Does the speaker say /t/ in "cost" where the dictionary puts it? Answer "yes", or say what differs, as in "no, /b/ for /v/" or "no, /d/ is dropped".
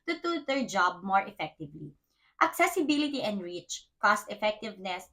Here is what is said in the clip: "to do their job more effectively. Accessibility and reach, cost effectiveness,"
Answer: yes